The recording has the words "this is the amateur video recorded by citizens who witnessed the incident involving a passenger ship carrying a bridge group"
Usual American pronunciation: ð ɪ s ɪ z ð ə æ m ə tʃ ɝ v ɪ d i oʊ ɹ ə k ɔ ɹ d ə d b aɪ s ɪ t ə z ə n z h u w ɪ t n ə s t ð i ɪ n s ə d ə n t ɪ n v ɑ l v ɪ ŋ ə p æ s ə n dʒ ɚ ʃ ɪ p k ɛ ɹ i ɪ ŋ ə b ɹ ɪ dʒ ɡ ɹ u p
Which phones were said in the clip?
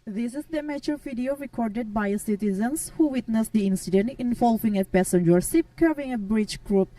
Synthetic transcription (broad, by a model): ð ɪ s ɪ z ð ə m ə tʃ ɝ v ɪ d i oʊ ɹ ə k ɔ ɹ d ə d b aɪ s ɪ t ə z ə n s h u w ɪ t n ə s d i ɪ n s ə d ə n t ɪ n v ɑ l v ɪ ŋ ə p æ s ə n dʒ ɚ s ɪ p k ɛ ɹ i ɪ ŋ ə b ɹ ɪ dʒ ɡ ɹ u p